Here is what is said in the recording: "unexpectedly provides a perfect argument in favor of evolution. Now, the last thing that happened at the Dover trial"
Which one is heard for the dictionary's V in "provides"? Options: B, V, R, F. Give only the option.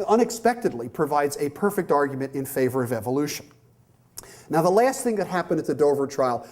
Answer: V